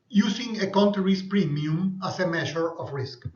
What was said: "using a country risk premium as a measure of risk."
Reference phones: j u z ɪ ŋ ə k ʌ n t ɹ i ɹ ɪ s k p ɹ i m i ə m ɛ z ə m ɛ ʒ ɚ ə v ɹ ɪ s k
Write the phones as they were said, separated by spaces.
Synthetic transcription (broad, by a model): j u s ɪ ŋ ə k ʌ n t ɹ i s p ɹ i m i ə m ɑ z ə m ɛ ʃ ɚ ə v ɹ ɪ s k